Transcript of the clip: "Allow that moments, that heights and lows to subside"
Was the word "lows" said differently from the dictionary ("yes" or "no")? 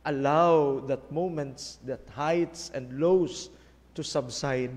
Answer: yes